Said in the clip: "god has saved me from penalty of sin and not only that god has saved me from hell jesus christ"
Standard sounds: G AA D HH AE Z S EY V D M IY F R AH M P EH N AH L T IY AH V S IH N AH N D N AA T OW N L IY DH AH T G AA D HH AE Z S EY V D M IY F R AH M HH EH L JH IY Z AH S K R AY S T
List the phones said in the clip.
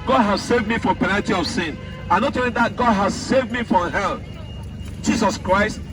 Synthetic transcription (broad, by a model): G AA D HH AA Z S EY V D M IY F R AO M P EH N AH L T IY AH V S IH N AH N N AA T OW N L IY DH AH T G AA D HH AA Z S EY V D M IY F R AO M HH EH L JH IY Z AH S K R AY S T